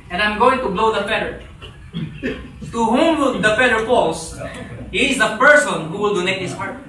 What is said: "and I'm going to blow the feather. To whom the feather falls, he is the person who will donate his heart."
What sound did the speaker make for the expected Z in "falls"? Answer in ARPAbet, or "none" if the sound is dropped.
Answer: S